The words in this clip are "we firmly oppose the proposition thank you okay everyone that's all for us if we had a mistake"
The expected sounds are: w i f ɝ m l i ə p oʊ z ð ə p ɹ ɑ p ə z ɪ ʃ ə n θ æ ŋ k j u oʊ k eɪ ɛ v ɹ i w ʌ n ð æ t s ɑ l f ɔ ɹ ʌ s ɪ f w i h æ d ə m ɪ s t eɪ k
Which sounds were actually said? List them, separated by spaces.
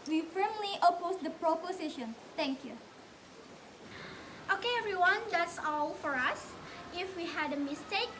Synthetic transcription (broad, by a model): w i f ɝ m l i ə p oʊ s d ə p ɹ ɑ p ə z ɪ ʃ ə n t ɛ ŋ k j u oʊ k eɪ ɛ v ɹ i w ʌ n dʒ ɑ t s ɑ l f ɔ ɹ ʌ s ɪ f w i h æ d ə m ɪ s t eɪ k